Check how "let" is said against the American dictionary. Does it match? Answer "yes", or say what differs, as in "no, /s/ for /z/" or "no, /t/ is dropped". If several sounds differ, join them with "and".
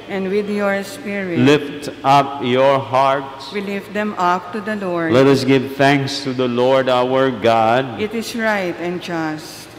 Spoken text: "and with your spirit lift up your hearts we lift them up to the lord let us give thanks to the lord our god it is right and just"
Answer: yes